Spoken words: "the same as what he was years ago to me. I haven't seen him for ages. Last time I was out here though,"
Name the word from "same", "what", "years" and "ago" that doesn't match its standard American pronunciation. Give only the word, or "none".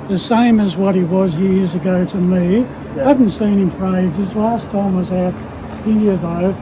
none